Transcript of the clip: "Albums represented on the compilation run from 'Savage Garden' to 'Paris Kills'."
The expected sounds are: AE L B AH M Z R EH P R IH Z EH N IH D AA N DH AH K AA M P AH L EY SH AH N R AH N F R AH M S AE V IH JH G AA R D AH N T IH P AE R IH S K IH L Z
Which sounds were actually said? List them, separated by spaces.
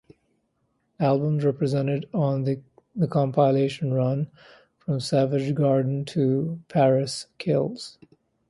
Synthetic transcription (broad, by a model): AE L B AH M Z R EH P R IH Z EH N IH D N DH AH K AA M P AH L EY SH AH N R AH N F R AH M S AE V IH JH G AA R D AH N T IH P AE R IH S K IH L Z